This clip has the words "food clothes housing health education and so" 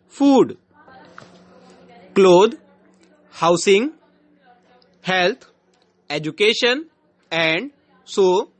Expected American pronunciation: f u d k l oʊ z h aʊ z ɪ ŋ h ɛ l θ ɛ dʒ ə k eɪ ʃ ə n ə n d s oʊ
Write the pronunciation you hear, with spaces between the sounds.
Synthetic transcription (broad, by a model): f u d k l oʊ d h aʊ s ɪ ŋ h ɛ l t ɛ dʒ ə k eɪ ʃ ə n ə n d s oʊ